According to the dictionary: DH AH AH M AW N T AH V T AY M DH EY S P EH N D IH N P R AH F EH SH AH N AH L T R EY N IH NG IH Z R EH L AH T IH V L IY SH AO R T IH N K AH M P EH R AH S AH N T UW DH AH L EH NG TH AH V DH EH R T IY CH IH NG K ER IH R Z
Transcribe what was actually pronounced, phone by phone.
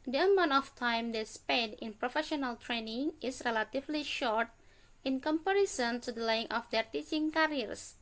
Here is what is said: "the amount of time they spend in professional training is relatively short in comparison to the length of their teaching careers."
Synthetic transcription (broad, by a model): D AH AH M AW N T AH F T AY M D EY S P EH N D IH N P R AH F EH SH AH N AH L T R EY N IH NG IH S R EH L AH T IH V L IY SH AO R T IH N K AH M P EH R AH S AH N T UW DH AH L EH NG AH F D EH R T IY CH IH NG K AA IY R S